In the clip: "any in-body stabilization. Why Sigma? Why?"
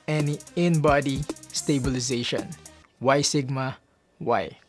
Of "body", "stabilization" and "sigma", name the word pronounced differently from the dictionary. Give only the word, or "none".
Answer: none